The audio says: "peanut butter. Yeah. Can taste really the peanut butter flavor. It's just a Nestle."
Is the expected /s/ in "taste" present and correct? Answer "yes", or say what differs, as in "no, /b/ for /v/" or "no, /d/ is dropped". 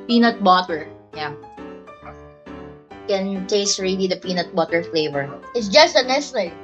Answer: yes